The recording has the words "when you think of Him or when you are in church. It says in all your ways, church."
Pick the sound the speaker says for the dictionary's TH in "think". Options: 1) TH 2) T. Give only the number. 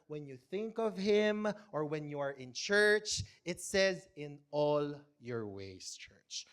1